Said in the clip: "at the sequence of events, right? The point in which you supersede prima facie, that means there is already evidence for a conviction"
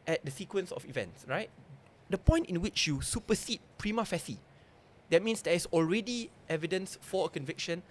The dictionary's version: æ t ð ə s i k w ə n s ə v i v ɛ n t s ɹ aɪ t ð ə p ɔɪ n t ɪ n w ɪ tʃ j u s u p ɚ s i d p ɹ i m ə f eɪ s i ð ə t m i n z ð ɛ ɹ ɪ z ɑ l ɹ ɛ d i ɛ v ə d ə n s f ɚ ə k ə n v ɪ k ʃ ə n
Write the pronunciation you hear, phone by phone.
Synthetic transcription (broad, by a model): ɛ t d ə s i k w ə n s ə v i v ɛ n t s ɹ aɪ t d ə p ɔɪ n t ɪ n w ɪ tʃ j u s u p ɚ s i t p ɹ i m ə f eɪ s i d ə t m i n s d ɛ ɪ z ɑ l ɹ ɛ d i ɛ v ə d ə n s f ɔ ə k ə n v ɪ k ʃ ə n